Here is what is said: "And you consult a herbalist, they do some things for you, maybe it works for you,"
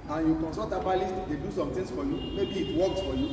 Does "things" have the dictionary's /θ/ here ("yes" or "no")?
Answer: no